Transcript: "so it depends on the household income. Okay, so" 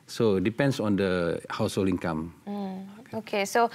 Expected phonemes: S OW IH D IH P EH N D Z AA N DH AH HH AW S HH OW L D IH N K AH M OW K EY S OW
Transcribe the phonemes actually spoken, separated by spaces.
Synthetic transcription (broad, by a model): S OW D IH P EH N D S AA N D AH HH AW S HH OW L IY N K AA M OW K EY S OW